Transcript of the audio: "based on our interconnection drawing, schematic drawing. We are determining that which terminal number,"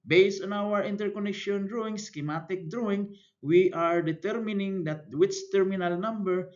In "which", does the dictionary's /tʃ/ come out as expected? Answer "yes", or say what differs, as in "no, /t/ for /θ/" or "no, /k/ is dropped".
no, /s/ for /tʃ/